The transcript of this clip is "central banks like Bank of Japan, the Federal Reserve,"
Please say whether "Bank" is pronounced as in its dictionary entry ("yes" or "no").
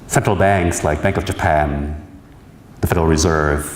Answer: yes